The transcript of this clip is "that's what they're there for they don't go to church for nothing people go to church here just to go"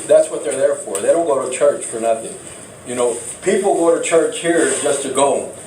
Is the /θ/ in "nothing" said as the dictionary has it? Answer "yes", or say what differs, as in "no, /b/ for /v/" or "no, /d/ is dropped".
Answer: yes